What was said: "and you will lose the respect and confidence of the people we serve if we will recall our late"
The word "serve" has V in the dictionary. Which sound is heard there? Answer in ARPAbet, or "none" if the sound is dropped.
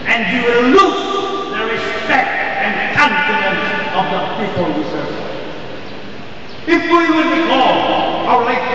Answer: none